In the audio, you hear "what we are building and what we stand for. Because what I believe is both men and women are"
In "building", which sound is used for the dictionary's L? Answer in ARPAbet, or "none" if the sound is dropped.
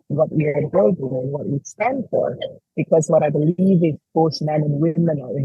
none